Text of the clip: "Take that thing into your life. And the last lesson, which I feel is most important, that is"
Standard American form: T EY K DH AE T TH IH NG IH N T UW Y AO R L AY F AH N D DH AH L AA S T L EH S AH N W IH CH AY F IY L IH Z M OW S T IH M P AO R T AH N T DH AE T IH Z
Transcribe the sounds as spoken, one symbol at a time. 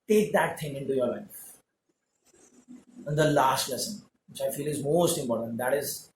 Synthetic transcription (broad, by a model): T EY K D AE T T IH NG IH N T UW Y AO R L AY F AH N D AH L AA S T L EH S AH N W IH CH AY F IY L IH Z M OW S T IH M P AO R T AH N T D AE T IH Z